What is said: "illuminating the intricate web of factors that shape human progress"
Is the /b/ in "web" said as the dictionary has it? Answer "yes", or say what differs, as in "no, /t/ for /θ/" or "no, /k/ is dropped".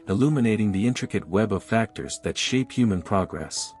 yes